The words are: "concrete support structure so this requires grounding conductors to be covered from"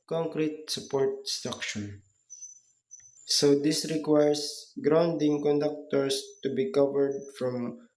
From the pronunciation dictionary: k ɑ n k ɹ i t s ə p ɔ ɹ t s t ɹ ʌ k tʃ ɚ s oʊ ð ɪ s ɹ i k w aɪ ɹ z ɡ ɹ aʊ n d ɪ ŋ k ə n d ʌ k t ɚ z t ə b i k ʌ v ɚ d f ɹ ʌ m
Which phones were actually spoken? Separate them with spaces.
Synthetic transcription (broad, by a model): k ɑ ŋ k ɹ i t s ə p ɔ ɹ t s t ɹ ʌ k ʃ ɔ s oʊ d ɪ s ɹ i k w aɪ ɹ s ɡ ɹ aʊ n d ɪ ŋ k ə n d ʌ k t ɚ s t ə b i k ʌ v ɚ d f ɹ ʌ m